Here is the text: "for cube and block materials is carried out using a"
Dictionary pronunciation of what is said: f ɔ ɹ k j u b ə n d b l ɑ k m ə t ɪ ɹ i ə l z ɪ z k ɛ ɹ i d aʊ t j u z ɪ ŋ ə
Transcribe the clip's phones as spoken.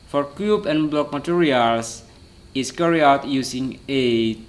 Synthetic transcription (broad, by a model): f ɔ ɹ k j u b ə n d b l ɑ k m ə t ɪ ɹ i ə l s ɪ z k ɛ ɹ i aʊ t j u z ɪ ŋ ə